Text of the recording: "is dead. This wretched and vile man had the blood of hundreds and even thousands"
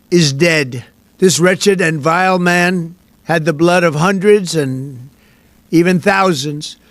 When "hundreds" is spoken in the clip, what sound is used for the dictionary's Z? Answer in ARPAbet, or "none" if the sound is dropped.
Z